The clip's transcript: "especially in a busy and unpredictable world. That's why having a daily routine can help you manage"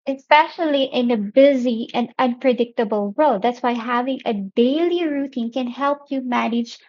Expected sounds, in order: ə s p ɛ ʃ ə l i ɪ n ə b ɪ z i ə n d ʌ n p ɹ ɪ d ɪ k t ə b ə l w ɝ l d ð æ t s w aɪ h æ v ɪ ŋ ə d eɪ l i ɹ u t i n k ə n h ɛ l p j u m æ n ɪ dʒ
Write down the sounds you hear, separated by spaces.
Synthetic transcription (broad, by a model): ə s p ɛ ʃ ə l i ɪ n ə b ɪ z i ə n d ʌ n p ɹ ɪ d ɪ k t ə b ə l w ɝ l d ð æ t s w aɪ h æ v ɪ ŋ ə d eɪ l i ɹ u t i n k ə n h ɛ l p j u m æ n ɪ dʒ